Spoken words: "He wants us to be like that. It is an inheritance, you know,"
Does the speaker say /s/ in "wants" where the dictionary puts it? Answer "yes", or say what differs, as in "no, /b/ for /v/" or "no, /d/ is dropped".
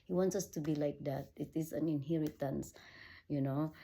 yes